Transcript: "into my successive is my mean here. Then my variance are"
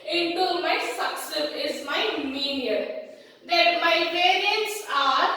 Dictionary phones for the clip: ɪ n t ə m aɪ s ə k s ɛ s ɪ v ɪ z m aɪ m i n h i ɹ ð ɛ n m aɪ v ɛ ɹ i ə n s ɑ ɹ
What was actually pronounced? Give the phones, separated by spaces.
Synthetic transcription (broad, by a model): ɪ n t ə m aɪ s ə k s s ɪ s ɪ z m aɪ m i n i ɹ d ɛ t m aɪ p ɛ ɹ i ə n s ɑ ɹ